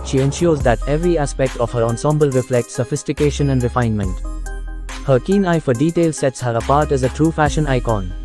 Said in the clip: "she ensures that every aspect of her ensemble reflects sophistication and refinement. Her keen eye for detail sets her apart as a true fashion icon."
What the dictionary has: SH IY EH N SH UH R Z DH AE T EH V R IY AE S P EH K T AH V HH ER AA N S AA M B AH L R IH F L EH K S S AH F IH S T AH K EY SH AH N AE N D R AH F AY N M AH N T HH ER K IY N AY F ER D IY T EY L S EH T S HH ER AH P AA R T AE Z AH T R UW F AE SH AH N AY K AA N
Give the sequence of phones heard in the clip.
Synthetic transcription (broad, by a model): SH IY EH N SH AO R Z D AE T EH V R IY AE S P EH K T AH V HH ER AA N S AA M B AH L R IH F L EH K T S AH F IH S T AH K EY SH AH N AE N D R AH F AY N M AH N T HH ER K IY N AY F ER D IY T EY L S EH T S HH ER AH P AA R T AE Z AH T R UW F AE SH AH N AY K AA N